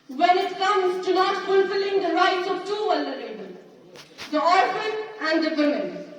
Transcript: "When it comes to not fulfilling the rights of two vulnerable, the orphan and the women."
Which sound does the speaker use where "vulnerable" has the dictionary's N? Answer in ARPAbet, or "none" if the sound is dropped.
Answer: none